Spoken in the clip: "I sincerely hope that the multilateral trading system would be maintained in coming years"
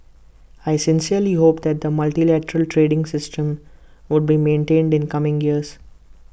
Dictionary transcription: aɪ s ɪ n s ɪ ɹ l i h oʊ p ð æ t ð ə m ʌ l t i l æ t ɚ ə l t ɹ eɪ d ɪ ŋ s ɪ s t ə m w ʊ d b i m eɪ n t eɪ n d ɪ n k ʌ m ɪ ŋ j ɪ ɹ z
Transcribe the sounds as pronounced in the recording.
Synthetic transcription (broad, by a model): aɪ s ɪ n s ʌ ɹ l i h oʊ p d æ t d ə m ʌ l t i l æ t ɚ ə l t ɹ eɪ d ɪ ŋ s ɪ s t ə m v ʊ d b i m eɪ n t eɪ n d ɪ n k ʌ m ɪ ŋ j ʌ ɹ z